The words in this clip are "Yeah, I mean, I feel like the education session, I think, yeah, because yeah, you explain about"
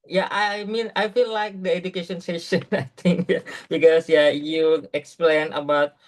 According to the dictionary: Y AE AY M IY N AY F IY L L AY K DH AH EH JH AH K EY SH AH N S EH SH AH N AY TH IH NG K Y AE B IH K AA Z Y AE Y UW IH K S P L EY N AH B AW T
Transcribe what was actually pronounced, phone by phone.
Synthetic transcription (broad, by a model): Y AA AY M IY N AY F IY L L AY K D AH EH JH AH K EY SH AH N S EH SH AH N AY T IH NG K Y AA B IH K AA S Y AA Y UW IH K S P L EY N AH B AW T